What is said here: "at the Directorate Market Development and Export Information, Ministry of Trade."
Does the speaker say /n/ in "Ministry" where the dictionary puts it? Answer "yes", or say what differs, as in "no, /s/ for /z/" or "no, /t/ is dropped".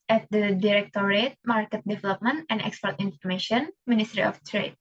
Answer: yes